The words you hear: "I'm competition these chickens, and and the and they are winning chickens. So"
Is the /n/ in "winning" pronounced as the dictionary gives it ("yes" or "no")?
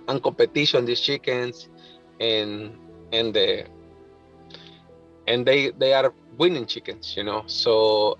yes